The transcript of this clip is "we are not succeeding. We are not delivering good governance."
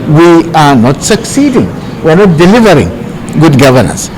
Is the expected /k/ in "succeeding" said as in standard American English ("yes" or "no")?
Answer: yes